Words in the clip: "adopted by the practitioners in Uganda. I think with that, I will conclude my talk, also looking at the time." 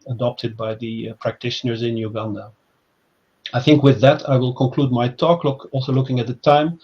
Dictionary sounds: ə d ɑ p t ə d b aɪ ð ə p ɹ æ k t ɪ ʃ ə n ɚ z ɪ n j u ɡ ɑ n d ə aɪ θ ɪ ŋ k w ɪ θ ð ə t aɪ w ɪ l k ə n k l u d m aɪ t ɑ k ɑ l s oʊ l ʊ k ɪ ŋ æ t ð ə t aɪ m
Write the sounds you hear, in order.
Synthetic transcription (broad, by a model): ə d ɑ p t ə d b aɪ ð ə p ɹ æ k t ɪ ʃ ə n ɚ z ɪ n j u ɡ ɑ n d ə aɪ θ ɪ ŋ k w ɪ ð ə t aɪ w ɪ l k ə n k l u d m aɪ t ɑ k ɑ l s oʊ l ʊ k ɪ ŋ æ t ð ə t aɪ m